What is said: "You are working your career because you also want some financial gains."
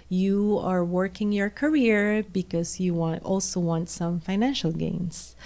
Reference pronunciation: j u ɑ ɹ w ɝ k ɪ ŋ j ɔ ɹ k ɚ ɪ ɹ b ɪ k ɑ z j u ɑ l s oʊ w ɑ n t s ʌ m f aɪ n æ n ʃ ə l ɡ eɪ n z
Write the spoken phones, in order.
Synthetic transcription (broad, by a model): j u ɑ ɹ w ɝ k ɪ ŋ j ɔ ɹ k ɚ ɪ ɹ b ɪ k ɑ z j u ɑ l s oʊ w ɑ n t s ʌ m f aɪ n æ n ʃ ə l ɡ eɪ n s